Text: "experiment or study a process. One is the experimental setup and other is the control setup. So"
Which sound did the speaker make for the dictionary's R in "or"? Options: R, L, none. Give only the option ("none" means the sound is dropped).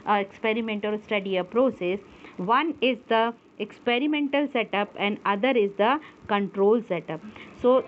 L